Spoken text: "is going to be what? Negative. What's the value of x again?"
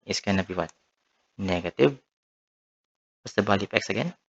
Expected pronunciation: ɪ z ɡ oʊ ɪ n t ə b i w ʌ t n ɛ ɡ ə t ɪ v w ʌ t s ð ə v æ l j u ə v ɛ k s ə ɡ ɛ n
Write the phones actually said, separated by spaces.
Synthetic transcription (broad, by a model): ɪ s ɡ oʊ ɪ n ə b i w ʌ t n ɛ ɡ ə t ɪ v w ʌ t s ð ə b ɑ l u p ɛ k s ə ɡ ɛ n